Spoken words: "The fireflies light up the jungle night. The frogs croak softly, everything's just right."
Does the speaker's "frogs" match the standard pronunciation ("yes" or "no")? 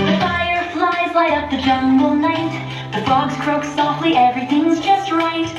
no